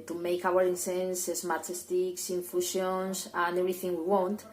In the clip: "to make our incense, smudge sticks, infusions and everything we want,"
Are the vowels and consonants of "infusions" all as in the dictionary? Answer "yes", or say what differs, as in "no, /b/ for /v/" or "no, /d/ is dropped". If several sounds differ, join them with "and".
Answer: no, /ʃ/ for /ʒ/ and /s/ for /z/